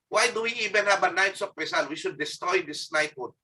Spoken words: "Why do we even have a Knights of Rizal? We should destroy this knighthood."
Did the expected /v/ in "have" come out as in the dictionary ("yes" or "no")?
no